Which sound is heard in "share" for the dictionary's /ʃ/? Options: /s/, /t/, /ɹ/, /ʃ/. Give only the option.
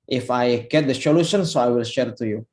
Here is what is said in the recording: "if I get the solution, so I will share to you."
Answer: /ʃ/